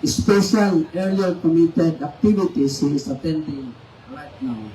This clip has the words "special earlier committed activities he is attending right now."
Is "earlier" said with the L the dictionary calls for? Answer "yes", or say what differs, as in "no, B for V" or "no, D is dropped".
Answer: no, L is dropped